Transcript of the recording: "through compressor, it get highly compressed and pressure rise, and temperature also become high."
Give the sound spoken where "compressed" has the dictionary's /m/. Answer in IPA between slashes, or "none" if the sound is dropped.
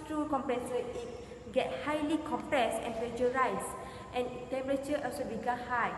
/m/